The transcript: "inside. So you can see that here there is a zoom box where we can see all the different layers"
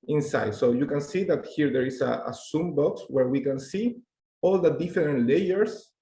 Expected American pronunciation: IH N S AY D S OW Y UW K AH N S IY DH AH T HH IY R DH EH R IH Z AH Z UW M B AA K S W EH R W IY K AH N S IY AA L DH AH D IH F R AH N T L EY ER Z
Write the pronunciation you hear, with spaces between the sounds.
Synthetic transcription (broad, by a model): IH N S AY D S OW Y UW K AH N S IY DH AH T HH IY R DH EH R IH S AH S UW M B AA K S W EH R W IY K AH N S IY AA L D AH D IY F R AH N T L EY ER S